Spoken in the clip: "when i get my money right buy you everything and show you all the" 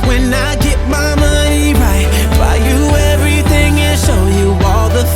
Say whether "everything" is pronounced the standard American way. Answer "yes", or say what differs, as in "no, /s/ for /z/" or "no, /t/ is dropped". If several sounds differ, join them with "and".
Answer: yes